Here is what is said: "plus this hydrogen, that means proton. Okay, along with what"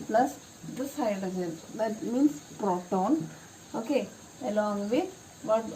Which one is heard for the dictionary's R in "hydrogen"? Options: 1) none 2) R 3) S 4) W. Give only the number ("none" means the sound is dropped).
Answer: 1